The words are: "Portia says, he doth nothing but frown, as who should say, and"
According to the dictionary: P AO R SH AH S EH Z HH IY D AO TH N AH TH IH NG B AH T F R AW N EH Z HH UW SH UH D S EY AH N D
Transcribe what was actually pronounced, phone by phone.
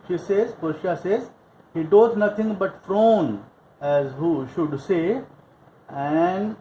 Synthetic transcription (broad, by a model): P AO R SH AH S EH Z HH IY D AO T N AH T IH NG B AH T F R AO N EH Z HH UW SH UH D S EY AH N D